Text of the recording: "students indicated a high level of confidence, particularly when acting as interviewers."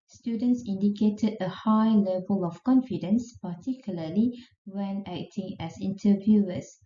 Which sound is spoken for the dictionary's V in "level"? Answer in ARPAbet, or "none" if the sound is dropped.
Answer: V